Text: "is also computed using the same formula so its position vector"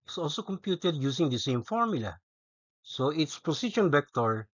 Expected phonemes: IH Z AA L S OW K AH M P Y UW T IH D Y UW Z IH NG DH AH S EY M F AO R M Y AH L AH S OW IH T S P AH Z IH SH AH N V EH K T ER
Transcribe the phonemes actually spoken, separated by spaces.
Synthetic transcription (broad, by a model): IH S AA L S OW K AH M P Y UW T IH D Y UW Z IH NG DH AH S EY M F AO R M Y AH L AH S OW IH T S P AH S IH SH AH N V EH K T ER